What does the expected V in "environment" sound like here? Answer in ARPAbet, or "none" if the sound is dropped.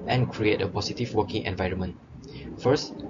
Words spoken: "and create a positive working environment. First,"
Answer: V